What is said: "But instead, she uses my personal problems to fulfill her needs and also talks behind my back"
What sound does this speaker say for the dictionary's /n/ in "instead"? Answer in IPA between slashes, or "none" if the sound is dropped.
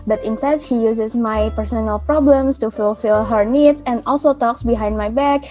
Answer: /n/